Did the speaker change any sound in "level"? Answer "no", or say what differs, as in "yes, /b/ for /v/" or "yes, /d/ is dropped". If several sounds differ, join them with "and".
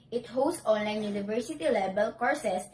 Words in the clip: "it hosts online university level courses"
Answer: yes, /b/ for /v/